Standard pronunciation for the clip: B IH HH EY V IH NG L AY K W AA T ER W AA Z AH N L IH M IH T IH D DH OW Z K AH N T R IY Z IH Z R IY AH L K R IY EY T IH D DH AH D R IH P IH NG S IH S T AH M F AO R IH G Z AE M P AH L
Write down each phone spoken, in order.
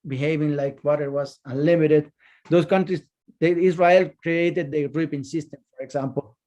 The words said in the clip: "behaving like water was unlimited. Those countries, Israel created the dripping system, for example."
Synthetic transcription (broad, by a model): B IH HH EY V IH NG L AY K W AA T ER W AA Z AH N L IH M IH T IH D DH OW S K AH N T R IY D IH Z R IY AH L K R IY EY T IH D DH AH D R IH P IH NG S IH S T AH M F AO R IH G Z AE M P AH L